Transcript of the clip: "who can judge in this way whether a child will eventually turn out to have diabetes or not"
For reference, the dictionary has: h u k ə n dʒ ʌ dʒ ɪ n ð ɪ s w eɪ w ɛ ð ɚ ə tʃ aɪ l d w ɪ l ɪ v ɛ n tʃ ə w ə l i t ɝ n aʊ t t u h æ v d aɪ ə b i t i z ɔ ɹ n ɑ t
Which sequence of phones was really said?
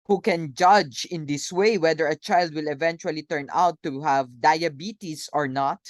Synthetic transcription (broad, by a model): h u k ə n dʒ ʌ dʒ ɪ n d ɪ s w eɪ w ɛ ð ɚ ə tʃ aɪ l d w ɪ l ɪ v ɛ n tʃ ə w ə l i t ɝ n aʊ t t u h æ v d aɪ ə b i t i s ɔ ɹ n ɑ t